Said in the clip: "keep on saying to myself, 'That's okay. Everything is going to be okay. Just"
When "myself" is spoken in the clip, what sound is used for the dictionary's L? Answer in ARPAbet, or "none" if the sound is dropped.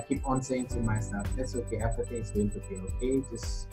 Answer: none